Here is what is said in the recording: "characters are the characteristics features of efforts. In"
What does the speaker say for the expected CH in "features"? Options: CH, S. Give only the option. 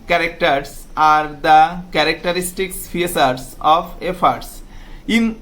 S